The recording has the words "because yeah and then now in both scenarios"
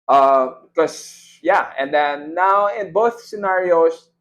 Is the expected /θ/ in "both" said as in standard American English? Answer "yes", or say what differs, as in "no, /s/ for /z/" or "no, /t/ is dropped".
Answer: yes